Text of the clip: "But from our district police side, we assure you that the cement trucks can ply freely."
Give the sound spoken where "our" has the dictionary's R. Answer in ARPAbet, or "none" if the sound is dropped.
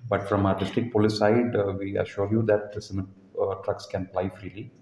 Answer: R